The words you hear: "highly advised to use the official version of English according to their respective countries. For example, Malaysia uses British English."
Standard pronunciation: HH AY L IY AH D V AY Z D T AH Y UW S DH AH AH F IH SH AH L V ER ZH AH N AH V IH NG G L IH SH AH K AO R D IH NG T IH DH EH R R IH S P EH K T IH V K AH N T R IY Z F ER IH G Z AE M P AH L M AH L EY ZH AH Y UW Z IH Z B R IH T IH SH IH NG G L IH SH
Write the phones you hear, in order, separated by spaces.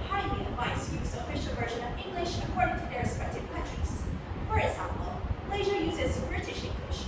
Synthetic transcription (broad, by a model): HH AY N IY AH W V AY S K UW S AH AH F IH SH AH L V ER ZH AH N AH V IH NG G L IH SH AH K AO R D IH NG T IH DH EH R R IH S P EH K T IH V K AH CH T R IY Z F ER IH G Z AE M P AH L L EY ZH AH Y UW Z IH Z B R IH T IH SH IH NG G L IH SH